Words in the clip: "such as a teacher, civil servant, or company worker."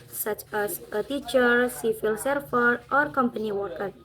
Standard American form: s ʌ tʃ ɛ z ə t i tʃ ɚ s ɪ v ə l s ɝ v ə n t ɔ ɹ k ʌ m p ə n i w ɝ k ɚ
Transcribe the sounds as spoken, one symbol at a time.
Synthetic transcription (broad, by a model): s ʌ tʃ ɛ s ə t i tʃ ɚ s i f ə l s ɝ f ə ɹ t ɔ ɹ k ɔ m p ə n i w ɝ k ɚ